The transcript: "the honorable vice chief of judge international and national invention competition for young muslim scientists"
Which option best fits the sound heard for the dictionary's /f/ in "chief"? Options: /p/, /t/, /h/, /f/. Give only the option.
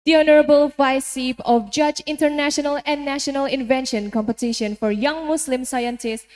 /p/